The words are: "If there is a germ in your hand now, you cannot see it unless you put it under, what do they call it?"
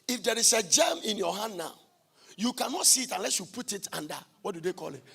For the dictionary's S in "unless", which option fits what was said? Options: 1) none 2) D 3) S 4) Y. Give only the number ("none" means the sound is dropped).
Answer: 3